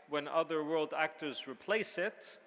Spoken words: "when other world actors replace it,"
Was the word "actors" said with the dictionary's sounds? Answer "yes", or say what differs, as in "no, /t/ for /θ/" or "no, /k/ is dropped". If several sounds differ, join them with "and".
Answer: yes